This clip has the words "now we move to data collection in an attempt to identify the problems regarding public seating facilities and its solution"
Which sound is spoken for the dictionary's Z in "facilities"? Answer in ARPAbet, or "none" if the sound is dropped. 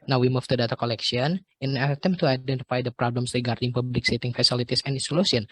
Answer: S